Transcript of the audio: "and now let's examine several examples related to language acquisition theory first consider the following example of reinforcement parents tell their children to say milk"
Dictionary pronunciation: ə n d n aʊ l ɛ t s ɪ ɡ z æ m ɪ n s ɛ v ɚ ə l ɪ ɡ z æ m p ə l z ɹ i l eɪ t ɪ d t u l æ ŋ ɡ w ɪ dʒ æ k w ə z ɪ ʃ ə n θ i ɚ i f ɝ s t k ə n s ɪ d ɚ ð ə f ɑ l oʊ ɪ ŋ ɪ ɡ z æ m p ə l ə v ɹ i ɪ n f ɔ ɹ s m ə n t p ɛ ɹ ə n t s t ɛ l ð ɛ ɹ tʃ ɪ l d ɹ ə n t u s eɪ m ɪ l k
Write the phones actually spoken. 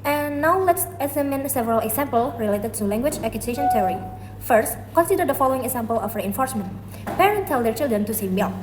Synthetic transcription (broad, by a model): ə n n aʊ l ɛ t s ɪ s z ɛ m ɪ n s ɛ v ɚ ə l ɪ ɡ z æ m p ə l ɹ i l eɪ t ɪ d t u l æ ŋ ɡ w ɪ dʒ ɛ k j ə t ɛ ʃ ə n t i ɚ i f ɝ s t k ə n s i d ɚ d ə f ɑ l oʊ ɪ ŋ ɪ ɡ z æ m p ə l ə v ɹ i ɪ n f ɔ ɹ s m ə n t p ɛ ɹ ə n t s t ɛ l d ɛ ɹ tʃ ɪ l d ɹ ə n t u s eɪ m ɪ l